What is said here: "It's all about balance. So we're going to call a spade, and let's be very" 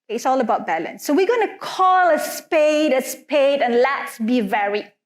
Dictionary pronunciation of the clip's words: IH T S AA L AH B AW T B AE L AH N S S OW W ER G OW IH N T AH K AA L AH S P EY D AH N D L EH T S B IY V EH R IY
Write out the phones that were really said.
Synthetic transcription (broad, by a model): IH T S AA L AH B AW T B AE L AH N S S OW W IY G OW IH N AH K AA L AH S P EY D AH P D L EH T S B IY V EH R IY